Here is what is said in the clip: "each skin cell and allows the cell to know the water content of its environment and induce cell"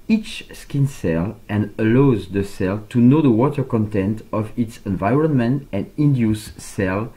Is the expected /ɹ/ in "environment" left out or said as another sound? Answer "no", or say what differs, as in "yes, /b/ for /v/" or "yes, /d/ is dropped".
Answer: no